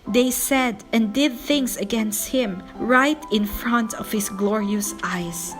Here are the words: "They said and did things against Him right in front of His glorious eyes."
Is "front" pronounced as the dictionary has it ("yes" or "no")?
yes